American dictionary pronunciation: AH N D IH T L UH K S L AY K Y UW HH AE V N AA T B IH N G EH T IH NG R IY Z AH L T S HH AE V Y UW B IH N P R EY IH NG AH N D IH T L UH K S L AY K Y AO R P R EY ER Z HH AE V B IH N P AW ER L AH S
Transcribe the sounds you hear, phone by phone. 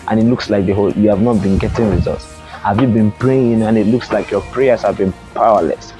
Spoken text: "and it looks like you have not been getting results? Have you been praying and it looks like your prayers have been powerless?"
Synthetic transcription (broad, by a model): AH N IH T L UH K S L AY K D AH HH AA V N AA T B IH N G EH T IH NG R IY Z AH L T S HH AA V Y UW B IH N P R EY IH NG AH N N IH T L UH K S L AY K Y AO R P R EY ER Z HH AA V B IH N P AW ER L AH S